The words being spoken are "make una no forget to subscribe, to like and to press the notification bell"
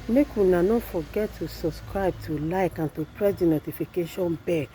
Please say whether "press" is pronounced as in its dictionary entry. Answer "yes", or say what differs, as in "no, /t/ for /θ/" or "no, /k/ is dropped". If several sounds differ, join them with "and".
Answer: yes